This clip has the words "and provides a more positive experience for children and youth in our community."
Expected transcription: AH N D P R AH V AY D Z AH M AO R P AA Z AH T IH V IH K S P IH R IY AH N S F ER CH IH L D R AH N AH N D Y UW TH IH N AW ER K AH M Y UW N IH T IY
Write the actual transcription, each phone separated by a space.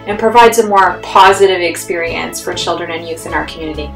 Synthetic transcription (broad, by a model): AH N P R AH V AY D Z AH M AO R P AA Z AH T IH V IH K S P IH R IY AH N S F ER CH IH L D R AH N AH N Y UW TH IH N AW ER K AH M Y UW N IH T IY